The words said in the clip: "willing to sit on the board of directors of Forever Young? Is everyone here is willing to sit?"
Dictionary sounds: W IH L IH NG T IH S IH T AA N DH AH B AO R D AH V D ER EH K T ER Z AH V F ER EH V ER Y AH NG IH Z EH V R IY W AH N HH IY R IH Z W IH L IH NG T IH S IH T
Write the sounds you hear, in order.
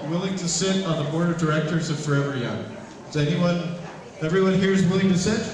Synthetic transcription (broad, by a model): W IH L IH NG T IH S IH T N DH AH B AO R D AH V D ER EH K T ER Z AH V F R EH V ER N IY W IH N EH V R IY W AH N HH IY R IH Z W IH L IH NG T IH S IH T